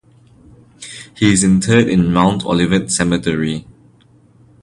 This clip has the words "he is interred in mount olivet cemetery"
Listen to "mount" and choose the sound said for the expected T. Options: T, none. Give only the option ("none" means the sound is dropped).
T